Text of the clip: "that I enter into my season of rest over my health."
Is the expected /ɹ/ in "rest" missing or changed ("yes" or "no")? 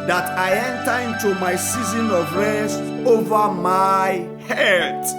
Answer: yes